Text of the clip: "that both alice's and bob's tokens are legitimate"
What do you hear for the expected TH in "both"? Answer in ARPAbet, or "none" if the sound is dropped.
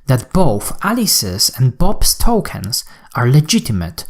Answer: TH